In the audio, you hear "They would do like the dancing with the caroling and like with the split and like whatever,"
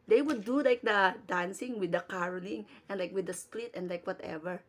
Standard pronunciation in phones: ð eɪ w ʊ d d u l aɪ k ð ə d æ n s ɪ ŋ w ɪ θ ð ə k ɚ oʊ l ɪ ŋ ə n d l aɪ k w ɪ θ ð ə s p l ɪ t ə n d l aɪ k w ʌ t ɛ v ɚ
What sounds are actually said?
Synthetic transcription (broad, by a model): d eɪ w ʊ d d u l aɪ k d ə d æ n s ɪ ŋ w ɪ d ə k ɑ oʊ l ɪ ŋ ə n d l aɪ k w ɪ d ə s p l ɪ t ə n d l aɪ k w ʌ t ɛ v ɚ